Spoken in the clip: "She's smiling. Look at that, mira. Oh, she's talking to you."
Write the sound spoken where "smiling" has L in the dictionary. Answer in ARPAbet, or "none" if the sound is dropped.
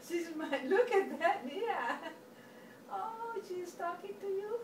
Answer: none